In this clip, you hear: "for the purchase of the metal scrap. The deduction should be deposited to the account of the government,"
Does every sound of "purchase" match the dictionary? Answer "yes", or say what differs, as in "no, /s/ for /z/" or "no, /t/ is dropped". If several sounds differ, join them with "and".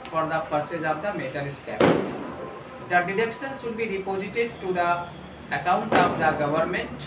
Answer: no, /s/ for /tʃ/